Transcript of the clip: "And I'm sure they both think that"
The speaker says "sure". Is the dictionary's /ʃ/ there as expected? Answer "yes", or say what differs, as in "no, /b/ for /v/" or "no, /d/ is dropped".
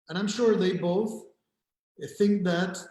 yes